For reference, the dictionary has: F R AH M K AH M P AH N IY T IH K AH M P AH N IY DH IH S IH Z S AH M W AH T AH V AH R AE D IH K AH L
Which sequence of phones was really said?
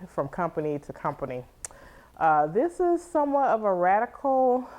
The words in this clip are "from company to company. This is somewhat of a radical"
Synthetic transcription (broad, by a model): F R AH M K AH M P AH N IY T IH K AH M P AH N IY DH IH S IH Z S AH M W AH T AH V AH R AE D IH K L